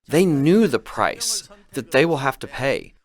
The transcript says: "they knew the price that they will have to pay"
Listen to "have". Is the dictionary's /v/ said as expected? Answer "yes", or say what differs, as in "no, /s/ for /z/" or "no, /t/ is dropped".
no, /f/ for /v/